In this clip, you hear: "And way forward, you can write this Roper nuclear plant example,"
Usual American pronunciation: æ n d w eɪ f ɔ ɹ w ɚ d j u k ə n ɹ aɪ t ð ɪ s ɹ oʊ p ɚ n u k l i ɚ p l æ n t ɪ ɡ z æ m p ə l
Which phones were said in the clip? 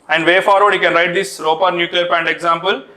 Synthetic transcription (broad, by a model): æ n d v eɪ f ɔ ɹ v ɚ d j u k ə n ɹ aɪ t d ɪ s ɹ oʊ p ɚ n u k l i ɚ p æ n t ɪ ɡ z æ m p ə l